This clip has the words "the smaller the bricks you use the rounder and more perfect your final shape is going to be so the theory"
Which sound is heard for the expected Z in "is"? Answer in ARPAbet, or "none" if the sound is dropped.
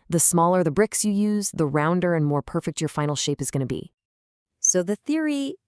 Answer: Z